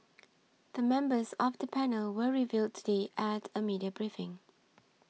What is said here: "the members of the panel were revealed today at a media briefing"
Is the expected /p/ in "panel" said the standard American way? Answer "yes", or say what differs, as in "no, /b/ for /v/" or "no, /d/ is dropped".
yes